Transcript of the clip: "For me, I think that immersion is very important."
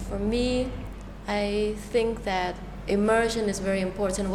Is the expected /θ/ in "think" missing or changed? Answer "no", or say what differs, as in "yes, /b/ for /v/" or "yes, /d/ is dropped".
no